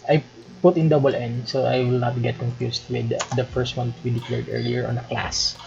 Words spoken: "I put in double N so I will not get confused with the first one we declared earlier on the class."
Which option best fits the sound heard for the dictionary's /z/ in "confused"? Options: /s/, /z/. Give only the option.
/s/